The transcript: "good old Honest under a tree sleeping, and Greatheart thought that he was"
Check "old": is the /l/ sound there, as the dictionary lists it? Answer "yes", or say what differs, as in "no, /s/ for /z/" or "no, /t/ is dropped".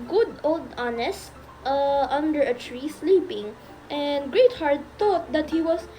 yes